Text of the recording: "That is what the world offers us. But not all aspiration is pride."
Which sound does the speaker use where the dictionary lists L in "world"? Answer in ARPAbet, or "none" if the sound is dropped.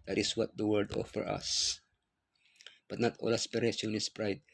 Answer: none